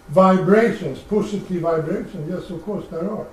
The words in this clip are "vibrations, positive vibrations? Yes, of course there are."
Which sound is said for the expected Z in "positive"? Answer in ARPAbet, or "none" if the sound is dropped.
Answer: S